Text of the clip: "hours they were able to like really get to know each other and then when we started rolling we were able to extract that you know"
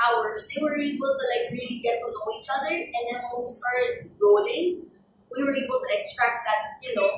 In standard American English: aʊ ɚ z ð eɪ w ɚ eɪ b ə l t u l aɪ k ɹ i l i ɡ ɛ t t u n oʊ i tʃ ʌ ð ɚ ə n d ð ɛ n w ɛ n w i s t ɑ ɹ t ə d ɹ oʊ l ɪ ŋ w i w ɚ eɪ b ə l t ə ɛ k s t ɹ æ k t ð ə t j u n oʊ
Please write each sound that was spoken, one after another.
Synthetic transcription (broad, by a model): aʊ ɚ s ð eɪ w ɚ eɪ b ə l t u l aɪ k ɹ i l i ɡ ɛ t t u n oʊ i tʃ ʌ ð ɚ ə n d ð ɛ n w ɛ n w i s t ɑ ɹ t ə d ɹ oʊ l ɪ ŋ w i w ɚ eɪ b ə l t ə ɛ k s t ɹ æ k t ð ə t j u n oʊ